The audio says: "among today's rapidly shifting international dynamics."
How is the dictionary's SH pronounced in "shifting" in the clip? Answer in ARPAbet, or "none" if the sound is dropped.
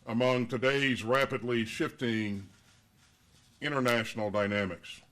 SH